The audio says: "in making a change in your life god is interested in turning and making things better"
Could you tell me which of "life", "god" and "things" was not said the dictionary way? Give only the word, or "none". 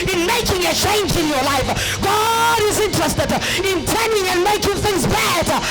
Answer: none